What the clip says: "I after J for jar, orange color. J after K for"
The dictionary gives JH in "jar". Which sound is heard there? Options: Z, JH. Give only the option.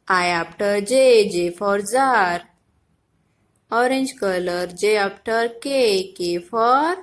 Z